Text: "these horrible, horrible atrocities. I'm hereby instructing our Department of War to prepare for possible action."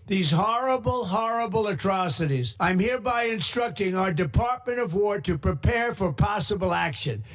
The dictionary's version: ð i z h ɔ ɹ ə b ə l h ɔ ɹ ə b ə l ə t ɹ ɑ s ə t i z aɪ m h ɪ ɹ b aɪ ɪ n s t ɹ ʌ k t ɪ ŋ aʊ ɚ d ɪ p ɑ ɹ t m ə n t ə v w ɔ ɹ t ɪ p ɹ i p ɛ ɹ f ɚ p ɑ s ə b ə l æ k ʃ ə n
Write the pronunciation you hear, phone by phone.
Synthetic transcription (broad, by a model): ð i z h ɔ ɹ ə b l h ɔ ɹ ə b l ə t ɹ ɑ s ə t i z aɪ m h ɪ ɹ b aɪ ɪ n s t ɹ ʌ k t ɪ ŋ aʊ ɚ d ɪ p ɑ ɹ t m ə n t ə v w ɔ ɹ t ɪ p ɹ i p ɛ ɹ f ɚ p ɑ s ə b l æ k ʃ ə n